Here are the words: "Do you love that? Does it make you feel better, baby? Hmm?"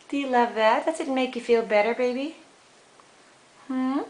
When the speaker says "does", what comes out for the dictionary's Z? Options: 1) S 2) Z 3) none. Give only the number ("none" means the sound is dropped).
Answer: 1